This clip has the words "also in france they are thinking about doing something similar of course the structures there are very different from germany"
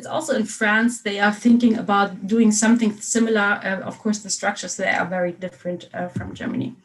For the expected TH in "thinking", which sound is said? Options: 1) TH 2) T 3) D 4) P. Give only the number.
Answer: 1